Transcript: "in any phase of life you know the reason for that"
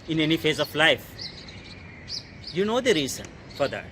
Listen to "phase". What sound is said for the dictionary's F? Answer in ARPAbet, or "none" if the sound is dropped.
F